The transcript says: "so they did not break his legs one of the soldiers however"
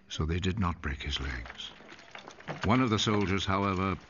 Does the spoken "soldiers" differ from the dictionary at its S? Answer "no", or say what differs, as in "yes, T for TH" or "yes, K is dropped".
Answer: no